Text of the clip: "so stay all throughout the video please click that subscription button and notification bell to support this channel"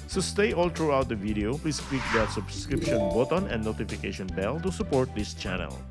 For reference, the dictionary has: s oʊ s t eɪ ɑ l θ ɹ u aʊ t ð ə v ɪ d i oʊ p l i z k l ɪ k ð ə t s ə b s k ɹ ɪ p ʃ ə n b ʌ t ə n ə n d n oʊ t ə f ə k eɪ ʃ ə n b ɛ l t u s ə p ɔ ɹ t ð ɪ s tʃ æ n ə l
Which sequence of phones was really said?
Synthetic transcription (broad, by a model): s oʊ s t eɪ ɑ l t ɹ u aʊ t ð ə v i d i oʊ p l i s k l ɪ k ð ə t s ə b s k ɹ ɪ p ʃ ə n b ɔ t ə n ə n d n oʊ t ə f ə k eɪ ʃ ə n b ɛ l t u s ə p ɔ ɹ t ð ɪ s tʃ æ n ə l